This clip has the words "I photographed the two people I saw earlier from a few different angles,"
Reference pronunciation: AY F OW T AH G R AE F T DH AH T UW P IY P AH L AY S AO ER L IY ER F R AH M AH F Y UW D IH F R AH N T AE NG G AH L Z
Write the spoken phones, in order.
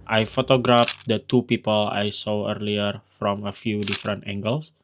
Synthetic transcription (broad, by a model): AY F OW T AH G R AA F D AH T UW P IY P AH L AY S AO ER L IY ER F R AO M AH F Y UW D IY F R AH N T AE NG G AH L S